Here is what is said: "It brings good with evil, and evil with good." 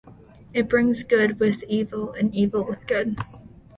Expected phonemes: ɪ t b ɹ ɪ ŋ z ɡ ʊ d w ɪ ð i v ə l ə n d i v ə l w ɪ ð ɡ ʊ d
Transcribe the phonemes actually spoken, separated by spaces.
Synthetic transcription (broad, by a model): ɪ t b ɹ ɪ ŋ z ɡ ʊ d w ɪ ð i v l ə n i v l w ɪ ð ɡ ʊ d